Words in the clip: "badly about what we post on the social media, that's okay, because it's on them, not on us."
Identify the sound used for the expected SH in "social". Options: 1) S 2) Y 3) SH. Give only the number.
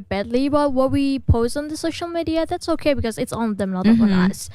3